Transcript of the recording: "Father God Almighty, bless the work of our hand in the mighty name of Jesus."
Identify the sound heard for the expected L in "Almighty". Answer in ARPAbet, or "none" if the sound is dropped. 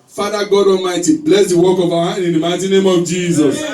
none